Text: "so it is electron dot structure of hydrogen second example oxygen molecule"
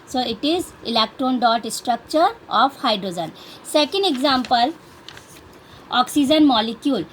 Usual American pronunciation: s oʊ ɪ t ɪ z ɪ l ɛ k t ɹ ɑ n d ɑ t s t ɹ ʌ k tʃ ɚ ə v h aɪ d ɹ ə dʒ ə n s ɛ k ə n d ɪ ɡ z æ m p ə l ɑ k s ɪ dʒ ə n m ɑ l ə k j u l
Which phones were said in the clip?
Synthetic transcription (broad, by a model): s oʊ ɪ t ɪ z ɪ l ɛ k t ɹ ɑ n d ɑ t s t ɹ ʌ k tʃ ɚ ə f h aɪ d ɹ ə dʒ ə n s ɛ k ə n d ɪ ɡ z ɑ m p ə l ɑ k s ɪ dʒ ə n m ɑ l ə k j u l